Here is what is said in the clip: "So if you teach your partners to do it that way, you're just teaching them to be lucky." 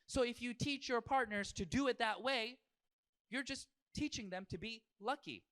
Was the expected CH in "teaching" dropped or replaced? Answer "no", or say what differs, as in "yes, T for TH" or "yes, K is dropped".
no